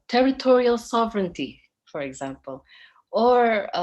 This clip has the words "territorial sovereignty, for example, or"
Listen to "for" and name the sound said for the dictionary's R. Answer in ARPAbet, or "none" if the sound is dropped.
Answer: R